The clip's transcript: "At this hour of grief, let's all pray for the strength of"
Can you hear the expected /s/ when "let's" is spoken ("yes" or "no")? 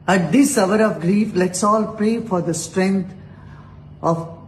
yes